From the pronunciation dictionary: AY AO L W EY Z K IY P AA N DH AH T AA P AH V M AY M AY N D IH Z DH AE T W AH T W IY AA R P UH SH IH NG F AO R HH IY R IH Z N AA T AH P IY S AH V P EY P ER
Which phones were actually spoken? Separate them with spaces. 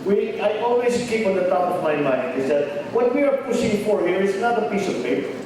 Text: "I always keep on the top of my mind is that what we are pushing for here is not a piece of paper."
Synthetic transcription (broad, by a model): AY AO L W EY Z K IY P AA N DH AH T AA P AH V M AY M AY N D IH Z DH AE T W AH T W IY AA R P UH S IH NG F AO R HH IY R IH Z N AA T AH P IY S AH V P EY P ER